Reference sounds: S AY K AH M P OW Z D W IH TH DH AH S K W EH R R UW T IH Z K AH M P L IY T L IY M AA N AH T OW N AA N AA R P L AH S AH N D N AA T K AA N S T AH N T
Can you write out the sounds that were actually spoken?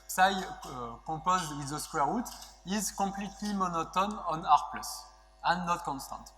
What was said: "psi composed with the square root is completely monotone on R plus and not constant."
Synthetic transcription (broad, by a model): S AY K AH P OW Z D W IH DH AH S K W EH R R UW T IH Z K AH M P L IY T L IY M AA N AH T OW N AA N AA R P L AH S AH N N AA T K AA N S T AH N T